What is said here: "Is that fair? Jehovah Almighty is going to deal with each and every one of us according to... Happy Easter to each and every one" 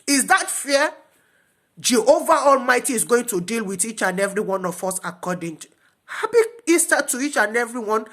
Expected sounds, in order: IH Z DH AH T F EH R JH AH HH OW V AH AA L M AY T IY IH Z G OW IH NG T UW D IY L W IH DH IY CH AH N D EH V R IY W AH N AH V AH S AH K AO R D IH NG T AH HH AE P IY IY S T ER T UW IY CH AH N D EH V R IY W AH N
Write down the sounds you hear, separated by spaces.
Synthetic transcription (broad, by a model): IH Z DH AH T F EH JH AH HH OW V AH AA L M AY T IY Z G OW IH NG T UW D IY L W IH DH IY CH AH N EH V R IY W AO N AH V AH S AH K AO D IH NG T HH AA B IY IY S T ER T UW IY CH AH N EH V R IY W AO N